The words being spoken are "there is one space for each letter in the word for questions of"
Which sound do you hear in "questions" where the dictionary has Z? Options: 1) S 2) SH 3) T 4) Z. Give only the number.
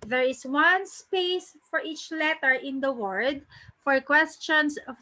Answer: 1